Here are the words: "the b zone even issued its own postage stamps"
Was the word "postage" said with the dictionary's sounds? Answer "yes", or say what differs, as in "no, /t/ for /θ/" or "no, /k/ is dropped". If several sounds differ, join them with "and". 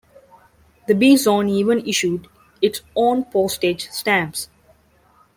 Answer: yes